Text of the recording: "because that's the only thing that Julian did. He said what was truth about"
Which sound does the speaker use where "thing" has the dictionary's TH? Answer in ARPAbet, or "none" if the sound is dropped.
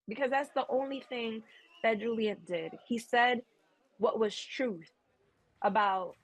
TH